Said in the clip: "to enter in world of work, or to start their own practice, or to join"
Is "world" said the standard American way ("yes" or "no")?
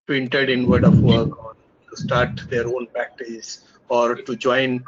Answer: no